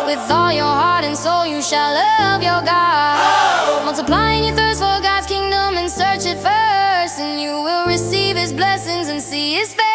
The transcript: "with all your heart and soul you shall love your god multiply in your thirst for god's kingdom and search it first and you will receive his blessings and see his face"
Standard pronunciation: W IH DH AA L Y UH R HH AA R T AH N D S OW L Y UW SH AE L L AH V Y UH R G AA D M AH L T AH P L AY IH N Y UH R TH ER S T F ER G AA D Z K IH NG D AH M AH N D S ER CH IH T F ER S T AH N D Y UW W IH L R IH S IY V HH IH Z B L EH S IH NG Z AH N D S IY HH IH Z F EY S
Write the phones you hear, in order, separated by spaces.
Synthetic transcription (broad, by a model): W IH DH AA L Y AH R HH AA R T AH N S OW L Y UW SH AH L L AH V Y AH R G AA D M AH L T AH P L AY IH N Y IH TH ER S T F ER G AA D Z K IH NG D AH M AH N S ER CH IH T F ER S T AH N Y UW W IH L R IH S IY V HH IH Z B L EH S IH NG Z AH N S IY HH IH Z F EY